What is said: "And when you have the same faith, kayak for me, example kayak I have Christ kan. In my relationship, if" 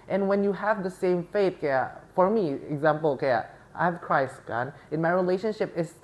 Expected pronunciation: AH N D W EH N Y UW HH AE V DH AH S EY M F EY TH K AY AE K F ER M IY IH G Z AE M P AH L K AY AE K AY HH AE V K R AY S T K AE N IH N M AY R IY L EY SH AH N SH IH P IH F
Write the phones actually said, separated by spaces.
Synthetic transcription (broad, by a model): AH N W EH N Y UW HH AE V DH AH S EY M F EY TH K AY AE F ER M IY IH G Z AE M P AH L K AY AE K AY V K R AY S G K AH N IH N M AY R IY L EY SH AH N SH IH P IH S